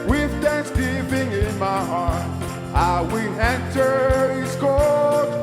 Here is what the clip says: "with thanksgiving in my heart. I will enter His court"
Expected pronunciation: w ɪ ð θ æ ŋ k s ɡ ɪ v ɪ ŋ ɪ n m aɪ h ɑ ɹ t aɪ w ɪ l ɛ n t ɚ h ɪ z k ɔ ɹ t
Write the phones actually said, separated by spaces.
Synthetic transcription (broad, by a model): w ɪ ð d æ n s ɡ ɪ p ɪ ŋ ɪ n m aɪ h ɑ ɹ t aɪ w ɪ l ɛ n t ɚ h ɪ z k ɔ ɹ